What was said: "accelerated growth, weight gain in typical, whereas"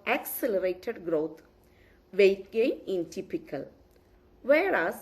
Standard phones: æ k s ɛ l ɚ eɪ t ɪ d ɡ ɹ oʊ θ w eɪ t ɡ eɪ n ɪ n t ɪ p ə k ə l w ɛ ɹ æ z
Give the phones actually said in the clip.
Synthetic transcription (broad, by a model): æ k s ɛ l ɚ eɪ t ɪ d ɡ ɹ oʊ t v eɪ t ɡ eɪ ɪ n t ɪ p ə k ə l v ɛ ɹ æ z